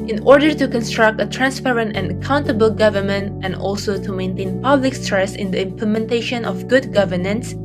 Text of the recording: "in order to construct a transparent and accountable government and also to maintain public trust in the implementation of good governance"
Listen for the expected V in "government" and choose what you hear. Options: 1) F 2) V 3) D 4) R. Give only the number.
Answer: 2